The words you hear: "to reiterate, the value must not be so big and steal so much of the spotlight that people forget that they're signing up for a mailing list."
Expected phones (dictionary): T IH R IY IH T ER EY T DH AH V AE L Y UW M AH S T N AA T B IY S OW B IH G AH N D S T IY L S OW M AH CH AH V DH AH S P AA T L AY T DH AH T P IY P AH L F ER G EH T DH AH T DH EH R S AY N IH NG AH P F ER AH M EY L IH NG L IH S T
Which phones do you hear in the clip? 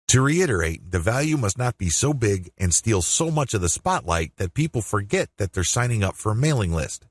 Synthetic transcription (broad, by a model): T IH R IY IH T ER EY T DH AH V AE L Y UW M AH S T N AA T B IY S OW B IH G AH N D S T IY L S OW M AH CH AH V DH AH S P AA T L AY T DH AH T P IY P L F ER G EH T DH AH T DH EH R S AY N IH NG AH P F ER AH M EY L IH NG L IH S T